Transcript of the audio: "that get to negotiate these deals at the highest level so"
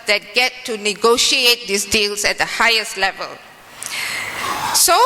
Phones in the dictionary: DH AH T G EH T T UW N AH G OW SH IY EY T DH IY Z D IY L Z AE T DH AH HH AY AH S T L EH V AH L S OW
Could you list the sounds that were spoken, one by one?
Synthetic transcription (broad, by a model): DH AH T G EH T T UW N AH G OW SH IY EY T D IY S D IY L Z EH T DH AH HH AY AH S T L EH V AH L S OW